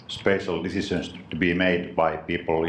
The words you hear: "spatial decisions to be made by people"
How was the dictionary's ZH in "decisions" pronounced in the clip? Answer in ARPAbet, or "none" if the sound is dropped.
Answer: S